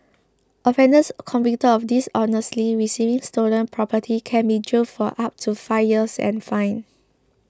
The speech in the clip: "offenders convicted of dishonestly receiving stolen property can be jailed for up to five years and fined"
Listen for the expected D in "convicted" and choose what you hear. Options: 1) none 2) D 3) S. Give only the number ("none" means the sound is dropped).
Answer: 1